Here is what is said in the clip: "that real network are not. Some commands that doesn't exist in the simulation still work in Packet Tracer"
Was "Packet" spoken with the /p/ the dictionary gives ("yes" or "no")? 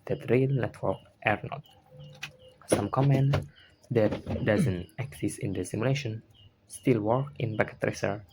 no